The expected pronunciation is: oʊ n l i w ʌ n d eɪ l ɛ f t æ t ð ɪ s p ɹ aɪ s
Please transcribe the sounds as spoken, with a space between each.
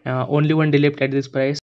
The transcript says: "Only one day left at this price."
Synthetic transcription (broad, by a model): oʊ n l i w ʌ n d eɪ l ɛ p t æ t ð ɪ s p ɹ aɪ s